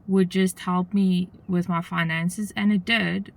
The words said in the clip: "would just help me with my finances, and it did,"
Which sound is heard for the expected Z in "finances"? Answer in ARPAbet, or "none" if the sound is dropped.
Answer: Z